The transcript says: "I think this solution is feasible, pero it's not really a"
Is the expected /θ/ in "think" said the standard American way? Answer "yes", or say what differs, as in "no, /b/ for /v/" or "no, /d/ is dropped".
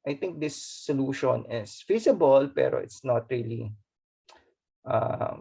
no, /t/ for /θ/